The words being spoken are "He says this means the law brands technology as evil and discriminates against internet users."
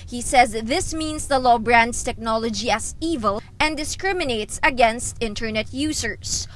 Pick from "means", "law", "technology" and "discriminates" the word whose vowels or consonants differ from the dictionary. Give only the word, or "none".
means